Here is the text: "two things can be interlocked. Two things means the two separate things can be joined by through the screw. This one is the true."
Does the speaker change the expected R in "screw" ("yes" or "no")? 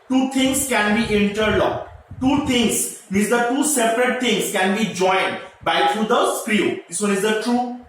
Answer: no